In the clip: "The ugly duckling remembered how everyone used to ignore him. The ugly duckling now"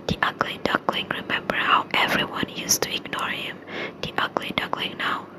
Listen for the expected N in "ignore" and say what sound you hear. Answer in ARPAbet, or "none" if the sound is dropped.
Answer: N